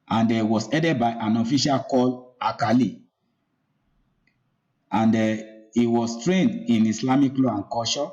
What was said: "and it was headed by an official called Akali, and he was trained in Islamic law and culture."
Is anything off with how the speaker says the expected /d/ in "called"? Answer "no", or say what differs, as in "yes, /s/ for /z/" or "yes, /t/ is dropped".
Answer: yes, /d/ is dropped